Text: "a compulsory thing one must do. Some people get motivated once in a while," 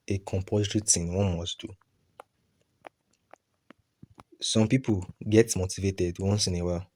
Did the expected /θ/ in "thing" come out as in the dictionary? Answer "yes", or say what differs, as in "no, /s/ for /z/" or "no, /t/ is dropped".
no, /t/ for /θ/